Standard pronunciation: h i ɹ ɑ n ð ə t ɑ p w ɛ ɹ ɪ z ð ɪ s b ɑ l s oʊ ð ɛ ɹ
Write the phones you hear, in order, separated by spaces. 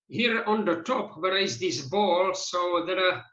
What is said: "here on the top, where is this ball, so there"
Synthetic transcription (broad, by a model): h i ɹ ɑ n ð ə t ɑ p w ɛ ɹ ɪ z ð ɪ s b ɑ l s oʊ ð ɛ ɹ